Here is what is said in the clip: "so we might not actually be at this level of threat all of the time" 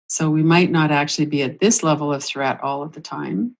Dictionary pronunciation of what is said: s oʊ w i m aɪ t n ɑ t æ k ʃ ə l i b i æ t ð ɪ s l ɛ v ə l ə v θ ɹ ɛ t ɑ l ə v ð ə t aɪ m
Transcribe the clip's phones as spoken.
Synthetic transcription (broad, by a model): s oʊ w i m aɪ t n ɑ t æ k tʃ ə l i b i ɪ t ð ɪ s l ɛ v l ə v θ ɹ ɛ t ɑ l ə v ð ə t aɪ m